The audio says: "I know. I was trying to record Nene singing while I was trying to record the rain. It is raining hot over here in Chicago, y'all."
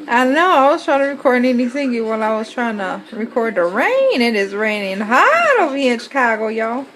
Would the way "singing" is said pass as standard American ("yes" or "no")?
no